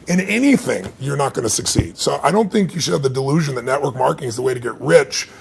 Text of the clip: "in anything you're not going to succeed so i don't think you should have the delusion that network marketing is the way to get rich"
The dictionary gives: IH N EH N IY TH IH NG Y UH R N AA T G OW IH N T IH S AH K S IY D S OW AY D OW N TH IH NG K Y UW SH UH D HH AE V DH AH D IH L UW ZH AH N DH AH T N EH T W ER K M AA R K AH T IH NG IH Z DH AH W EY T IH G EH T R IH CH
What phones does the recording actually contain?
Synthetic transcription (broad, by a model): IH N EH N IY TH IH NG Y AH R N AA T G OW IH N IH S AH K S IY D S OW AY D OW N TH IH NG K Y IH SH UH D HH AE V DH AH D IH L UW ZH AH N DH AH T N EH T W ER K M AA R K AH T IH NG IH Z DH AH W EY T IH G EH T R IH CH